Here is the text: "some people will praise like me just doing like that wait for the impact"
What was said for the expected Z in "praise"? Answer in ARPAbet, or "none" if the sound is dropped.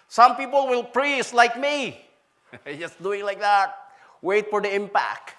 S